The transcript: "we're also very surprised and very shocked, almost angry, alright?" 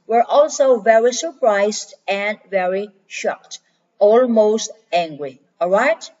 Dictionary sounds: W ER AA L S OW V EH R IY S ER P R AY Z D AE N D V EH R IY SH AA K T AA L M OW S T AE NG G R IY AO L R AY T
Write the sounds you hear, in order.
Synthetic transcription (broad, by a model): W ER AA L S OW V EH R IY S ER P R AY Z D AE N D V EH R IY SH AA K T AA L M OW S T AE NG G R IY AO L R AY T